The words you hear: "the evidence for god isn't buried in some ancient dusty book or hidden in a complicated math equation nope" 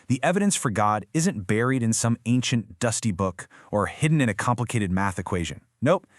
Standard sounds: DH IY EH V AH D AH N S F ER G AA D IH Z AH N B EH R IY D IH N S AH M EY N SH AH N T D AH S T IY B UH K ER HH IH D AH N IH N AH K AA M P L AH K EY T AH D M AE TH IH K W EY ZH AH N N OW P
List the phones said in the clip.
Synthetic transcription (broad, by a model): DH IY EH V AH D AH N S F ER G AA D IH Z AH N B EH R IY D IH N S AH M EY N SH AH N D AH S T IY B UH K ER HH IH D N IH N AH K AA M P L AH K EY T AH D M AE TH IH K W EY ZH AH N N OW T